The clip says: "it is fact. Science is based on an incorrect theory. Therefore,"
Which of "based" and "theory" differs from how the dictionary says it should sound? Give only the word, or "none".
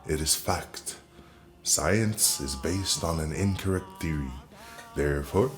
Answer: none